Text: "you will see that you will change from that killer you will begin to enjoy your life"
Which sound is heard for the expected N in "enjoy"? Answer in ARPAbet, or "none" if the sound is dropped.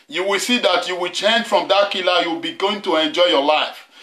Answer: N